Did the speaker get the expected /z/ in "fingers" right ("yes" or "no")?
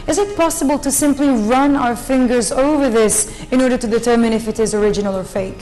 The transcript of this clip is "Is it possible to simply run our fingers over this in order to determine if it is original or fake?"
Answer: yes